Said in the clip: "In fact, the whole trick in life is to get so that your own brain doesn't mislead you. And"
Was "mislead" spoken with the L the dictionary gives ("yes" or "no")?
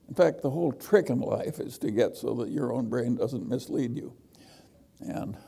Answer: yes